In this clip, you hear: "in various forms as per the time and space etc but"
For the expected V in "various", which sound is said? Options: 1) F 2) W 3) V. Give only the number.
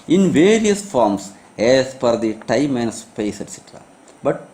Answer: 3